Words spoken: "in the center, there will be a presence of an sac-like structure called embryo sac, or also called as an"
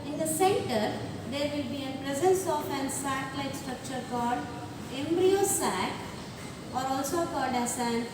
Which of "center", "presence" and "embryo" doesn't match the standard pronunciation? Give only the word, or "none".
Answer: none